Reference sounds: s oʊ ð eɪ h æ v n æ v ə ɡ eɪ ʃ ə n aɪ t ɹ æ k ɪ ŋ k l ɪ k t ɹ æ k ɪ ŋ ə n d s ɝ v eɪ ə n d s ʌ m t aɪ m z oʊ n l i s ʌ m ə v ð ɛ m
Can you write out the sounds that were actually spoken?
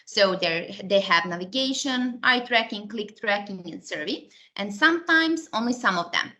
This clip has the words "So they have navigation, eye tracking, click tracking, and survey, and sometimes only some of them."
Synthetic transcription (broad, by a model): s oʊ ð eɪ h æ v n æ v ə ɡ eɪ ʃ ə n aɪ t ɹ æ k ɪ ŋ k l ɪ k t ɹ æ k ɪ ŋ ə n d s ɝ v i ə n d s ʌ m t aɪ m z oʊ n l i s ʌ m ə v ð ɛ m